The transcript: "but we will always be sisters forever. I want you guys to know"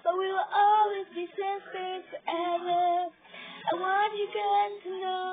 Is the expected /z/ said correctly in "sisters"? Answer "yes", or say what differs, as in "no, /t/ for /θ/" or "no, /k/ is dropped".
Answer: no, /z/ is dropped